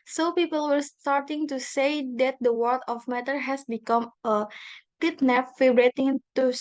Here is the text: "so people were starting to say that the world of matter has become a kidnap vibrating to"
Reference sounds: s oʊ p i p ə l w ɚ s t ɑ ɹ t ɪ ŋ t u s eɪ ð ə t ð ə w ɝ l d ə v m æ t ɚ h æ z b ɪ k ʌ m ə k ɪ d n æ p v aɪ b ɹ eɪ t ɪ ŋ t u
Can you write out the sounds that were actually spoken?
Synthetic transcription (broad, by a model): s oʊ p i p ə l w ɚ s t ɑ ɹ t ɪ ŋ t u s eɪ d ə t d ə w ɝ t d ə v m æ t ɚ h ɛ s b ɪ k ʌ m ə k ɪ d n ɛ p f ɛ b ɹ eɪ t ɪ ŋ t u